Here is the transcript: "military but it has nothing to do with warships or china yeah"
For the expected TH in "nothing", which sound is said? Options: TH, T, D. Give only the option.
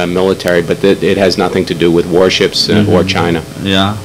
TH